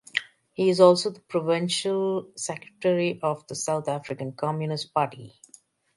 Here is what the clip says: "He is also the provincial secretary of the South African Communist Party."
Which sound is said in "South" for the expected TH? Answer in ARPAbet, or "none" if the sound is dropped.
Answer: T